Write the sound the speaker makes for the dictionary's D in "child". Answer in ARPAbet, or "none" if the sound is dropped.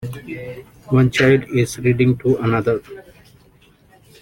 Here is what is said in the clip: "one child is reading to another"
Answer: D